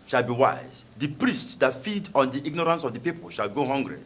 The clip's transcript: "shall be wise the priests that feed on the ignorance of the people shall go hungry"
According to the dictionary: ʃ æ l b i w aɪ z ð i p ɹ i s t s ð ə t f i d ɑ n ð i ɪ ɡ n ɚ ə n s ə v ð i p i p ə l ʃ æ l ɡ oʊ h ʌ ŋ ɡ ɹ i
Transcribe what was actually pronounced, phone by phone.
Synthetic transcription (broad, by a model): ʃ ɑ l b i w aɪ z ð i p ɹ i s t s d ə t f i d ɑ n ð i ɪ ɡ n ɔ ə n s ə v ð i p i p ə l ʃ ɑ l ɡ oʊ h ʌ ŋ ɡ ɹ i